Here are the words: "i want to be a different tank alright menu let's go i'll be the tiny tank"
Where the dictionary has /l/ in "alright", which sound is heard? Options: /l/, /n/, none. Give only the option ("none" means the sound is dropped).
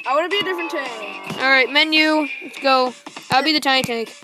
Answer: /l/